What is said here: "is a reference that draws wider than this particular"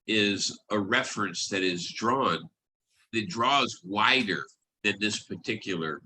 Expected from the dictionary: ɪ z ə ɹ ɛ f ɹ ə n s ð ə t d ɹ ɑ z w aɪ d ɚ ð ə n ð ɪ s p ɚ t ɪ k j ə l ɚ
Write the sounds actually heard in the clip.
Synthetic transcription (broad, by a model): ɪ z ə ɹ ɛ f ɹ ə n s ð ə t d ɹ ɑ z w aɪ d ɚ ð ə n ð ɪ s p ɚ t ɪ k j l ɚ